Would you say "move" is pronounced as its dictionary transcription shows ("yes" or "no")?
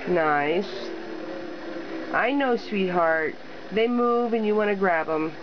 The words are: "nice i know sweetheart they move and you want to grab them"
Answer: yes